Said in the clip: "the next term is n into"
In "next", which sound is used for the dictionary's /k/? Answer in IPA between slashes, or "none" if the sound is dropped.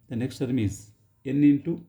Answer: /k/